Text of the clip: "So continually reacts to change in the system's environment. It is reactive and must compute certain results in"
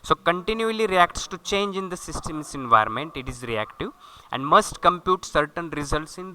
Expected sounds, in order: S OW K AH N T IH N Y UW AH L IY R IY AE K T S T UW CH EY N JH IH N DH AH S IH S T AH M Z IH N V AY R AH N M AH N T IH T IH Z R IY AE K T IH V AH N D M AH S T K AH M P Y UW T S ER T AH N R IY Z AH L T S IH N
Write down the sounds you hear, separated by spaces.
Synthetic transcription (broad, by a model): S OW K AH N T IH N Y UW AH L IY R IY AE K T S T UW CH EY N JH IH N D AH S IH S T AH M S IH N V AY R AH N M AH N T IH T IH Z R IY AE K T IH V AH N D M AH S T K AH M P Y UW T S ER T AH N R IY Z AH L T S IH N